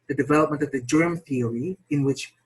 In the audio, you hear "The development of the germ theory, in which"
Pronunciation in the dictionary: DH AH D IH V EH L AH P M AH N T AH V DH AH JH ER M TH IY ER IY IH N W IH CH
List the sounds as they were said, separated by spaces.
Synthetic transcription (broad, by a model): DH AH D IH V EH L AH P M AH N T AH V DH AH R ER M TH IY ER IY IH N W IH CH